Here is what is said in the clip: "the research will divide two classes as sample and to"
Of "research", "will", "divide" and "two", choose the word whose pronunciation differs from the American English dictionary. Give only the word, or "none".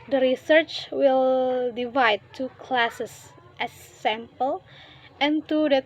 none